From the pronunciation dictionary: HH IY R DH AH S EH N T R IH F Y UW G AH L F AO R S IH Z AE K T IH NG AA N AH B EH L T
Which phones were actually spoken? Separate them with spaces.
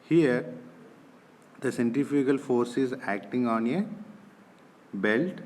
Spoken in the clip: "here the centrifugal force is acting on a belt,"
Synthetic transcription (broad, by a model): HH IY R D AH S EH N T IH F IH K AH L F AO R S IH Z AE K T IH NG AA N AH B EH L T